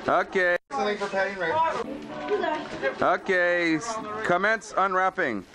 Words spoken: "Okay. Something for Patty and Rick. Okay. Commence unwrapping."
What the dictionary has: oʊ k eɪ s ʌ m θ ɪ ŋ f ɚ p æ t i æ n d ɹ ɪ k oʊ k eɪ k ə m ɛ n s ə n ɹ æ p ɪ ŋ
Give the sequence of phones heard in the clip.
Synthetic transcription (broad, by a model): oʊ k eɪ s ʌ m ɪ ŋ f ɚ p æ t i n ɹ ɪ oʊ k eɪ k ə m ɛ n s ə n ɹ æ p ɪ ŋ